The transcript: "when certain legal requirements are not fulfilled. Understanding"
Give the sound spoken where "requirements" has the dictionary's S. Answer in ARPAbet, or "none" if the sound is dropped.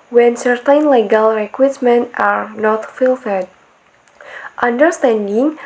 none